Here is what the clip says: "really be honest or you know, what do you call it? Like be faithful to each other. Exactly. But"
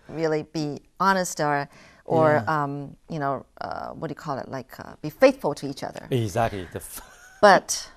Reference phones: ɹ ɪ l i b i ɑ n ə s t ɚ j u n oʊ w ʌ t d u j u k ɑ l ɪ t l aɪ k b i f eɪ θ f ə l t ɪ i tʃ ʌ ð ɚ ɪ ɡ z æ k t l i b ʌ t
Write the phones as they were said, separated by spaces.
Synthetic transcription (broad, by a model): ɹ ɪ l i b i ɑ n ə s t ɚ j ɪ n oʊ w ʌ t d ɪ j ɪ k ɑ l ɪ t l aɪ k b i f eɪ θ f l t ɪ i tʃ ʌ ð ɚ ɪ ɡ z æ k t l i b ʌ t